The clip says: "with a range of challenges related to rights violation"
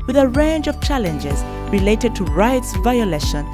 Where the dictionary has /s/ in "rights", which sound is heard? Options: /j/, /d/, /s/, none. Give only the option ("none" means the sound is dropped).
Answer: /s/